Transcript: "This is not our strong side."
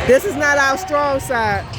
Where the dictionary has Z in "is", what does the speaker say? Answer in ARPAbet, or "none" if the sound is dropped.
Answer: Z